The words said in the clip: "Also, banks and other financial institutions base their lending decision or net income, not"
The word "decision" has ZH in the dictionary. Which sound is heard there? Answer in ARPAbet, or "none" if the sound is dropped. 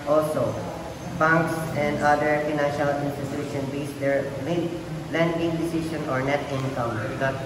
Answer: SH